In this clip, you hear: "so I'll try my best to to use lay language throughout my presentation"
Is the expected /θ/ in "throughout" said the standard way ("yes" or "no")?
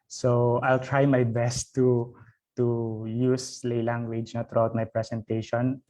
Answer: no